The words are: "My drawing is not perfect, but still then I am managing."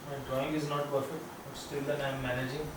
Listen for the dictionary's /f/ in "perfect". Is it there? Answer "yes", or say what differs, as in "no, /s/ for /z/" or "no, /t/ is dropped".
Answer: yes